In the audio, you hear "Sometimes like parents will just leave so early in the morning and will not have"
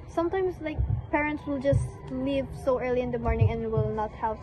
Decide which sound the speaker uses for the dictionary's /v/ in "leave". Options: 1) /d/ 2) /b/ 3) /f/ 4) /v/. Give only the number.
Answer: 4